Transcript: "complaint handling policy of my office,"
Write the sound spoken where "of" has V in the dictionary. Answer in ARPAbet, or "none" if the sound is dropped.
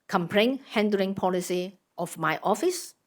F